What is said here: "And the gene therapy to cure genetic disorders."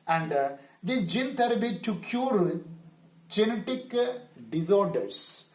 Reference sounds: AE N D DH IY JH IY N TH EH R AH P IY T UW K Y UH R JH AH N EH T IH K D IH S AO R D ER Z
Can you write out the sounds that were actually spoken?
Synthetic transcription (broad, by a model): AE N D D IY JH IY N T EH R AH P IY T UW K Y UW R JH AH N EH T IH K D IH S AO R D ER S